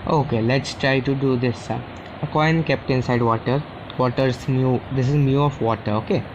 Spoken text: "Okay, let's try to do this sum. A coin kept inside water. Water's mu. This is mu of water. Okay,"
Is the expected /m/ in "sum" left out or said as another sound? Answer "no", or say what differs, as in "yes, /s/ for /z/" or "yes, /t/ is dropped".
yes, /m/ is dropped